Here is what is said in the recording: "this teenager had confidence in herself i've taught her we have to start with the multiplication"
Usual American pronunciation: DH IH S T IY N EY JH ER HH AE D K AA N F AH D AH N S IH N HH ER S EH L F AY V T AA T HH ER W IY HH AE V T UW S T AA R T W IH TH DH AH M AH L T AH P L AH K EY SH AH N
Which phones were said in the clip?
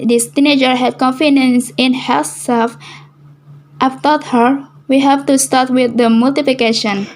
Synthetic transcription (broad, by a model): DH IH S T IY N EY JH ER HH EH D K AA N F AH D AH N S IH N HH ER S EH L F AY F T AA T HH ER W IY HH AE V T UW S T AA R T W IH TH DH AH M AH L T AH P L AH K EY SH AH N